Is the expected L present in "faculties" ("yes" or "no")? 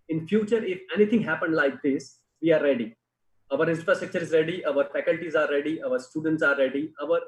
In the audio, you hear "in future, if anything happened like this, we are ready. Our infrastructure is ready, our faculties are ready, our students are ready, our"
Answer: yes